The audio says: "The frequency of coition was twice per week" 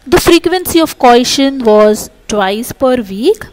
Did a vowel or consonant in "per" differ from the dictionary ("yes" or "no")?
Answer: no